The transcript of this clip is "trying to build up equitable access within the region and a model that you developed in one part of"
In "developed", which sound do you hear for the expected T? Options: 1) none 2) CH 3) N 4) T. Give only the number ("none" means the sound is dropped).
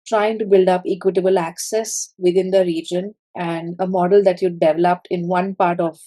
4